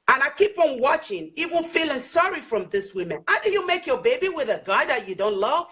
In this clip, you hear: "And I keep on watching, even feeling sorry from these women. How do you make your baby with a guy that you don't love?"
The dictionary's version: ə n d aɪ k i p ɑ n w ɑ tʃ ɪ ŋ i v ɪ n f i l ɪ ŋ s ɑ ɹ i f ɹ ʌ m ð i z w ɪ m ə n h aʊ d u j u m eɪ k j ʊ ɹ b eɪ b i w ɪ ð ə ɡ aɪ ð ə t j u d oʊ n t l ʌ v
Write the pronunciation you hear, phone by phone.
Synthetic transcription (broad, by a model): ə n aɪ k i p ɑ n w ɑ tʃ ɪ ŋ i w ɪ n f i l ɪ ŋ s ɑ ɹ i f ɹ ʌ m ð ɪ s w ɪ m ə n h aʊ d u j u m eɪ k j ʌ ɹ b eɪ b i w ɪ ð ə ɡ aɪ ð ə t j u d oʊ n t l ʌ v